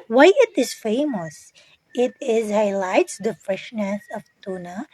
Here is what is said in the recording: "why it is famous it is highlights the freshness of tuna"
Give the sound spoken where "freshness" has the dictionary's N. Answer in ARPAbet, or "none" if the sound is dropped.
N